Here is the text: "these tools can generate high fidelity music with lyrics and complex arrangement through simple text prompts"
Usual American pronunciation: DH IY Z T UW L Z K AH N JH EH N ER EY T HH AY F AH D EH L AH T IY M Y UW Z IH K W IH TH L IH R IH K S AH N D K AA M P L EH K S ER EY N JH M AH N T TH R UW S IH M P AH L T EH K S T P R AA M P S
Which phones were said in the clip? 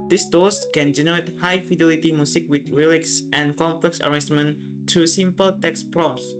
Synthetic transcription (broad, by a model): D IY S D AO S K AH N JH EH N ER EY T HH AY F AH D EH L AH T IY M Y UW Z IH K W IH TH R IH L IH K S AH N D K AA M P L EH K S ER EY JH M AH N T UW S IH M P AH L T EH K S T P R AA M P S